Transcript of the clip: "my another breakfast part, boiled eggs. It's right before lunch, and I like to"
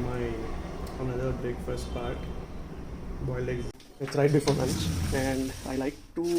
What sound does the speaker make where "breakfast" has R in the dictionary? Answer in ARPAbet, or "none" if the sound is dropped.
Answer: none